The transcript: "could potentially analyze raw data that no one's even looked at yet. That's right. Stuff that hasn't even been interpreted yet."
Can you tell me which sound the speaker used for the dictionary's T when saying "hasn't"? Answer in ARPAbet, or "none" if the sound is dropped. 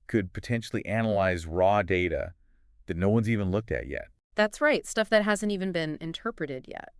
T